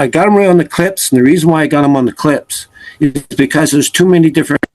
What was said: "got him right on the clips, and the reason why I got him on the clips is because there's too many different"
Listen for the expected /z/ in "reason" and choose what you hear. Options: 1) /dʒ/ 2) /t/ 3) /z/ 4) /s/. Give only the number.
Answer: 3